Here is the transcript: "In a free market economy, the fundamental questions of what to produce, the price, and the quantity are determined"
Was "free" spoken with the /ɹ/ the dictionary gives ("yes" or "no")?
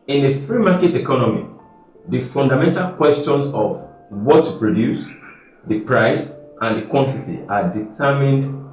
yes